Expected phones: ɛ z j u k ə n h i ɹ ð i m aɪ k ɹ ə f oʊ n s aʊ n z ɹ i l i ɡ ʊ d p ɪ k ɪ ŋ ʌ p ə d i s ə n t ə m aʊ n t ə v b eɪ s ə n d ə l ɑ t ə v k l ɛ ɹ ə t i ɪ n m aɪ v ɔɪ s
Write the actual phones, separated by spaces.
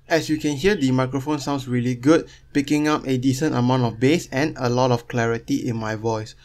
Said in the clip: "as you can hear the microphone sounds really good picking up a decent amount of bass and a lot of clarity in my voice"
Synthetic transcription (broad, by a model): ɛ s j u k ə n h i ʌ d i m aɪ k ɹ ə f oʊ n s aʊ n s ɹ i l i ɡ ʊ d p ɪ k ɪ ŋ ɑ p ə d i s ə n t ə m aʊ n t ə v b eɪ s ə n ə l ɑ t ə f k l ɛ ɹ ə t i ɪ n m aɪ v ɔɪ s